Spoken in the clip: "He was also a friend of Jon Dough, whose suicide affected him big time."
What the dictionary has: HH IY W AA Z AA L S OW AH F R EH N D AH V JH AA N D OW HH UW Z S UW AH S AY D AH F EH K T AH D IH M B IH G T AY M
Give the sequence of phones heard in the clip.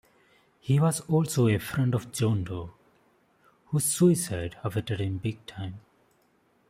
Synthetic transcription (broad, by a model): HH IY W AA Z AA L S OW AH F R EH N D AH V JH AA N D OW HH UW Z S UW AH S AY D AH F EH T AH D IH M B IH G T AY M